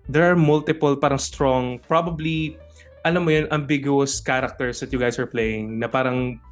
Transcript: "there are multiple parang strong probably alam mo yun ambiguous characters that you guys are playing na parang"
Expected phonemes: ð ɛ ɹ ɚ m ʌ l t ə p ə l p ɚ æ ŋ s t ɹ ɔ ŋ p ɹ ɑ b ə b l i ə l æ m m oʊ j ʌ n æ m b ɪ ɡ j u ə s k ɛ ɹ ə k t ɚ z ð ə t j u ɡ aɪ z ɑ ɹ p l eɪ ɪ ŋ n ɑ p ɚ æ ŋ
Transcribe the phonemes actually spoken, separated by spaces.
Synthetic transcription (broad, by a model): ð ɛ ɹ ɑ m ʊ l t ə p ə l p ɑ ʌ ŋ s t ɹ ɔ ŋ p ɹ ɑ b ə b l i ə l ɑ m m oʊ j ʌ n æ m b ɪ ɡ j u ə s k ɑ ɹ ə k t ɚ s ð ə t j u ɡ aɪ s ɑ ɹ p l eɪ ɪ ŋ n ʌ p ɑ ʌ ŋ